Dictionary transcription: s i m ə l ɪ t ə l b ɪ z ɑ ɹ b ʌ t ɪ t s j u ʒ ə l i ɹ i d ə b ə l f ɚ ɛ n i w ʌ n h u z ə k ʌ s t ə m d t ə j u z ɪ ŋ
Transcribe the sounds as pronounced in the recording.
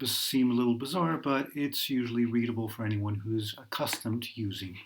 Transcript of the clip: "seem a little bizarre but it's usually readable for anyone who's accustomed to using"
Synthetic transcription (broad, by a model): s i m ə l ɪ t l b ɪ z ɑ ɹ b ʌ t ɪ t s j u ʒ l i ɹ i d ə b l f ɚ ɛ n i w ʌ n h u z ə k ʌ s t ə m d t j u z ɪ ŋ